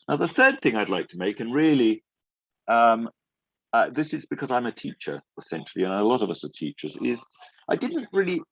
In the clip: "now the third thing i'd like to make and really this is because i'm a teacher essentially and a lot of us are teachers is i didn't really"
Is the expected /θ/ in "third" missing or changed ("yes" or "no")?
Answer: no